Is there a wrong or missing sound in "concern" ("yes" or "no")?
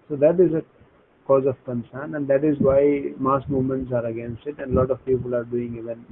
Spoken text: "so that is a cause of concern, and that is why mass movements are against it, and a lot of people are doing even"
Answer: no